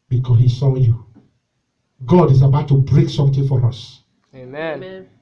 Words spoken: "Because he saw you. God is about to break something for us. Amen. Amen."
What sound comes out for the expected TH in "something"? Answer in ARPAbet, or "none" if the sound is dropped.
T